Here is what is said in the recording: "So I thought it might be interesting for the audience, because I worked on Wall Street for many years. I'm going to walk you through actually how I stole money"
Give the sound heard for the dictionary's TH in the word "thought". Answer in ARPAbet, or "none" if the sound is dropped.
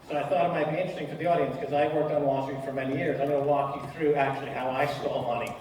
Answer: TH